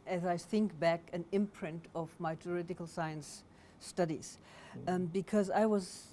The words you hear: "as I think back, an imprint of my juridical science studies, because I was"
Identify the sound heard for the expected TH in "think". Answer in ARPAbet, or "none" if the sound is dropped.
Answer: TH